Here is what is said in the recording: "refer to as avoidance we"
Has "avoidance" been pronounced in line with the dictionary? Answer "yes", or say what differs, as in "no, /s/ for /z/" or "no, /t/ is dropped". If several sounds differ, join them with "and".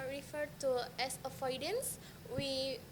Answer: no, /f/ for /v/